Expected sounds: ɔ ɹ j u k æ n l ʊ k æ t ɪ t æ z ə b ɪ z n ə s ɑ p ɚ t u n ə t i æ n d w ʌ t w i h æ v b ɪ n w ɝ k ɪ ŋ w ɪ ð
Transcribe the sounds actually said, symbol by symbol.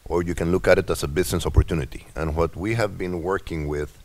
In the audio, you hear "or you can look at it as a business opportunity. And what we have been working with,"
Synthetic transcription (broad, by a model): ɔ ɹ j u k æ n l ʊ k æ t ɪ t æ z ə b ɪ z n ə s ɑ p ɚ t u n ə t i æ n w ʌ t w i h æ v b ɪ n w ɝ k ɪ ŋ w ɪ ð